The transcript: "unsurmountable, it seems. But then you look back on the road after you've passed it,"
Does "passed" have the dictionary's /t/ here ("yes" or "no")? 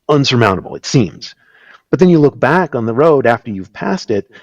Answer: yes